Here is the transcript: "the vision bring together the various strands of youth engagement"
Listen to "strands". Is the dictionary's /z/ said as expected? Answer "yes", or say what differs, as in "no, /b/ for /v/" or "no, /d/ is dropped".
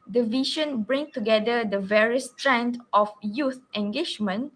no, /z/ is dropped